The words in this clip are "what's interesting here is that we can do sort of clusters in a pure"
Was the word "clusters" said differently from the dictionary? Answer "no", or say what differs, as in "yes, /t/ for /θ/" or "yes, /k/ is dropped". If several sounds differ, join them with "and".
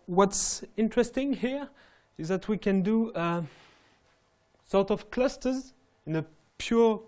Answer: no